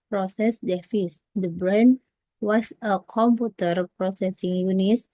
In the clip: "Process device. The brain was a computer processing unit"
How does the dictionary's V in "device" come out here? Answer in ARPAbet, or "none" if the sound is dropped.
F